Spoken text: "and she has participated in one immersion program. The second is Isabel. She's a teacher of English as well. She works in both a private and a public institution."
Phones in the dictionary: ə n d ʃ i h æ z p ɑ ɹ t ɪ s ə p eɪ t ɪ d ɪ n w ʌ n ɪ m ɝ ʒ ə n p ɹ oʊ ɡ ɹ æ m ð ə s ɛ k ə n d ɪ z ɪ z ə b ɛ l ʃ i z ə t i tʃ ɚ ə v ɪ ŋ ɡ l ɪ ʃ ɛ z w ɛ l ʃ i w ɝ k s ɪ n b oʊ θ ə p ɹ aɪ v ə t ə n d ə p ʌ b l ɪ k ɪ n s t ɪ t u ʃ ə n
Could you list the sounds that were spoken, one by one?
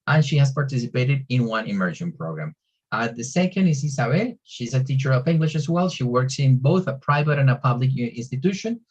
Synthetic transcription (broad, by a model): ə n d ʃ i h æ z p ɑ ɹ t ɪ s ə p eɪ t ɪ d ɪ n w ʌ n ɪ m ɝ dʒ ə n p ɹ oʊ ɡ ɹ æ m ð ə s ɛ k ə n d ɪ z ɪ s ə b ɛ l ʃ i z ə t i tʃ ɚ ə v ɪ ŋ ɡ l ɪ ʃ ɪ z w ɛ l ʃ i w ɝ k s ɪ n b oʊ θ ə p ɹ aɪ v ə t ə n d ə p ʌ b l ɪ k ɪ n s t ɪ t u ʃ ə n